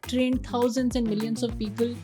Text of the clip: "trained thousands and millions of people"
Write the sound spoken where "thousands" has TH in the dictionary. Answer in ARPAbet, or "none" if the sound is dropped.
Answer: T